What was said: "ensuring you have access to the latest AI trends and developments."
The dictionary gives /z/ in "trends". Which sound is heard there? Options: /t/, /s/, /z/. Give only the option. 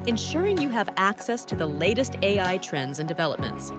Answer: /z/